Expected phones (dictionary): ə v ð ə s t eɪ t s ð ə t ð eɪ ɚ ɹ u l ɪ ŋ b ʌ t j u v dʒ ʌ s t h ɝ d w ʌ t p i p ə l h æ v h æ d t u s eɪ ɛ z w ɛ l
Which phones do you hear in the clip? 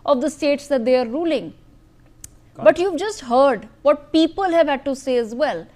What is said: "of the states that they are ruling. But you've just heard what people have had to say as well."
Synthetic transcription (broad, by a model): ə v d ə s t eɪ t s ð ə t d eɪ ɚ ɹ u l ɪ ŋ b ʌ t j u v dʒ ʌ s t h ɝ d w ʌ t p i p ə l h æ v h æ d t u s eɪ ɛ z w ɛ l